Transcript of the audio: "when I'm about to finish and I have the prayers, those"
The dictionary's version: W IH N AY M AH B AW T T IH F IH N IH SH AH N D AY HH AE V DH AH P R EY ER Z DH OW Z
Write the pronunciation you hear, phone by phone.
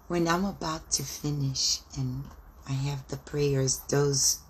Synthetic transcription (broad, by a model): W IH N AY M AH B AW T T IH F IH N IH SH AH N AY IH V DH AH P R EY ER Z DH OW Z